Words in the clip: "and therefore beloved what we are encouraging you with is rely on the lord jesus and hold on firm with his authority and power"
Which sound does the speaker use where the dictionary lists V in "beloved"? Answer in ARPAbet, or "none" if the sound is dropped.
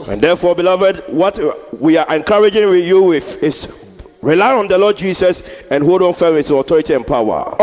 V